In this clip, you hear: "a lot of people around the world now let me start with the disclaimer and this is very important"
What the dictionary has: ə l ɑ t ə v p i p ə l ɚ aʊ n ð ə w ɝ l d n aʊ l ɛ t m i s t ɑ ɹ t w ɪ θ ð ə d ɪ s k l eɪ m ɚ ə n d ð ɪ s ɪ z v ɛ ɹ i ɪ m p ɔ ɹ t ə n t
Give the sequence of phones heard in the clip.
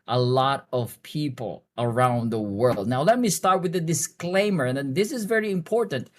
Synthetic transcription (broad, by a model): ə l ɑ t ə v p i p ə l ɚ aʊ n ð ə w ɝ l d n aʊ l ɛ t m i s t ɑ ɹ t w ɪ ð ə d ɪ s k l eɪ m ɚ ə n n ð ɪ s ɪ z v ɛ ɹ i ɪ m p ɔ ɹ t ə n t